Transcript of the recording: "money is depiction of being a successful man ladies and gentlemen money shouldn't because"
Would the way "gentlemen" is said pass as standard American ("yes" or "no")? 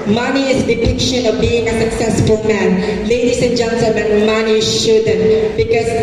no